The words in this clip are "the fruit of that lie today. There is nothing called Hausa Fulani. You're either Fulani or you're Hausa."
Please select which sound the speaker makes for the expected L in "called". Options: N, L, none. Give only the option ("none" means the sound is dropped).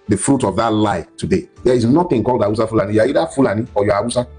L